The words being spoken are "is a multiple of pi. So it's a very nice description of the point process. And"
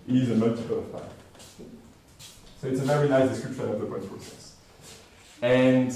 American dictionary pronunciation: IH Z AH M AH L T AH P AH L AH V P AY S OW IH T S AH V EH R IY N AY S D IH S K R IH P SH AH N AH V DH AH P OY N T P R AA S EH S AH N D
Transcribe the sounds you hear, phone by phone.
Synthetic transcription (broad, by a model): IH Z AH M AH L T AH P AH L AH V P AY S OW IH T S AH V EH R IY N AY S D IH S K R IH P SH AH N AH V DH AH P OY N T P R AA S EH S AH N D